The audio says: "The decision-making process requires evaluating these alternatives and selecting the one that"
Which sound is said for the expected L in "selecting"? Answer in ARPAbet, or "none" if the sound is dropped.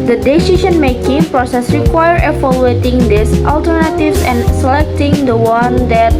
L